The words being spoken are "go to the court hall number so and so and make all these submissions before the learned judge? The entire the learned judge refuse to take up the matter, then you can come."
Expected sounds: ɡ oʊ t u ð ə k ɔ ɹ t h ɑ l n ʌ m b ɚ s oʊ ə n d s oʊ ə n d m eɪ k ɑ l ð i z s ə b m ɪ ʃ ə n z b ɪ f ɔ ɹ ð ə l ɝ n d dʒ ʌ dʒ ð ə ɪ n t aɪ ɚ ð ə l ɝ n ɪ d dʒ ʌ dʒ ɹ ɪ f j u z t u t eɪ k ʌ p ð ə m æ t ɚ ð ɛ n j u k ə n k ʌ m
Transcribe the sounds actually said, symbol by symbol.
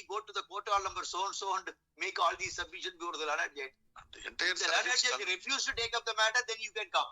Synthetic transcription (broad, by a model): ɡ oʊ t u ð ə k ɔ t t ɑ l n ʌ m b ɚ s oʊ ə n d s oʊ ə n d m eɪ k ɑ l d i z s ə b ɪ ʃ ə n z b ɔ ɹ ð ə l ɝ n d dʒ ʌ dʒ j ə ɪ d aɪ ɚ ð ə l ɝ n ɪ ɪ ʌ ɹ ɪ f j u z t u t eɪ k ʌ p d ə m æ t ɚ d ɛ n j u k ə n k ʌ m